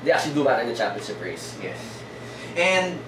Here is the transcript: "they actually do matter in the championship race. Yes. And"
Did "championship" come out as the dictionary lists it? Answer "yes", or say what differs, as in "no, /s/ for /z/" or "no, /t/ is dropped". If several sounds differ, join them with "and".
no, /s/ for /ʃ/